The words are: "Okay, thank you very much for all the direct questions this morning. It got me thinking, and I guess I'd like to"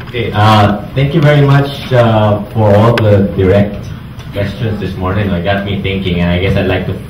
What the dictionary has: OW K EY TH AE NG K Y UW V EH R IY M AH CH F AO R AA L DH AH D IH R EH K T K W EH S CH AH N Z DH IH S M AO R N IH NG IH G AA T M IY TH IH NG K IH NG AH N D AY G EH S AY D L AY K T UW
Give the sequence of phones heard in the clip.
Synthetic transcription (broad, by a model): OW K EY T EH NG K Y UW V EH R IY M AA CH F AO R AA L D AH D IH R EH K T K W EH S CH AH N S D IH S M AO R N IH NG IH G AA T M IY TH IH NG K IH NG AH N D AY G EH S AY D L AY K T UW